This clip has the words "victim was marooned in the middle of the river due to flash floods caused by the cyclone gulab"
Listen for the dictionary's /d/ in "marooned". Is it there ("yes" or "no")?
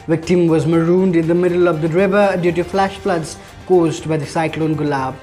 yes